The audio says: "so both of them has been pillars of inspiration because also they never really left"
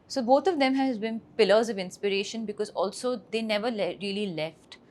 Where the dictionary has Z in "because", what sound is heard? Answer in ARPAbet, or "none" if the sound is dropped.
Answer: Z